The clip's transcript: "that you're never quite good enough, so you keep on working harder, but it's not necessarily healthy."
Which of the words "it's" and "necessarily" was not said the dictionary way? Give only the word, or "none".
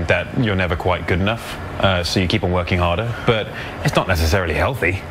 none